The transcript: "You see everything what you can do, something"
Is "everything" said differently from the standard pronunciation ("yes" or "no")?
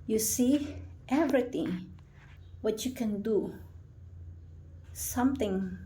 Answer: yes